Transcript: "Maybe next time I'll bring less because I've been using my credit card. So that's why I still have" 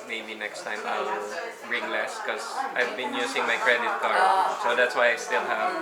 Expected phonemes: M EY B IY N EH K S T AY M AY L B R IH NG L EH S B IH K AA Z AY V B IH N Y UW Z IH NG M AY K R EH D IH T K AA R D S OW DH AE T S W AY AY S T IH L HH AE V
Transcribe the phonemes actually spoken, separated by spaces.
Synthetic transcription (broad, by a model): M EY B IY N EH K S T AY M AY L B R IH NG L EH S K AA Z AY V B IH N Y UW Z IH NG M AY K R EH D IH T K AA R S OW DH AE T S W AY AY S T IH L HH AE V